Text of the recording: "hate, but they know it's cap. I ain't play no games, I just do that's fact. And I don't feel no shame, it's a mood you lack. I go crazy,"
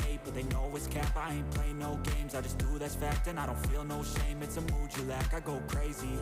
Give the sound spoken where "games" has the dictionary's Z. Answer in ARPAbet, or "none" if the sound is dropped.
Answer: Z